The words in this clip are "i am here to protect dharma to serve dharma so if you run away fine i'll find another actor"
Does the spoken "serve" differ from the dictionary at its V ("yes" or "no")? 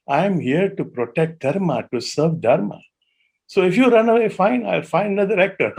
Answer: no